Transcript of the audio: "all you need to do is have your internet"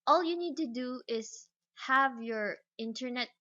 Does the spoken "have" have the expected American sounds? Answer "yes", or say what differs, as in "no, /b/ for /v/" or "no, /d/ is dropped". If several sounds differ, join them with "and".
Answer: yes